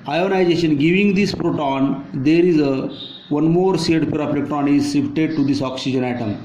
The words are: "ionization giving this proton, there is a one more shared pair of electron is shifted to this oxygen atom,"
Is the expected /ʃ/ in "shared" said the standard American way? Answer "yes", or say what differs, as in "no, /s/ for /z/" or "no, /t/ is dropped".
no, /s/ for /ʃ/